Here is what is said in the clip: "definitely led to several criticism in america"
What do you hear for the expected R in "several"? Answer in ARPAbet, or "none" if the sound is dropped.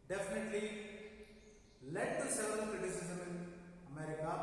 none